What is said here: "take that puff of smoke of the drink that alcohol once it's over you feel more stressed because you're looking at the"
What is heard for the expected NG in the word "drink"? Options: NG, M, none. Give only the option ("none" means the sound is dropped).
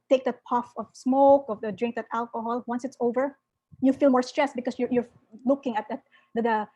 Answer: NG